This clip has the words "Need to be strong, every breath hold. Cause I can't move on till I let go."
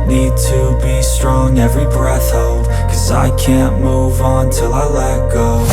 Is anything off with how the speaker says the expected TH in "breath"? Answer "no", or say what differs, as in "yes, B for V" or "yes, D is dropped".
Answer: no